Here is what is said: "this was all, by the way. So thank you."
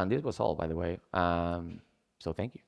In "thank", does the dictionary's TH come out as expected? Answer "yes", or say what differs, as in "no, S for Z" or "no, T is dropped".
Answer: yes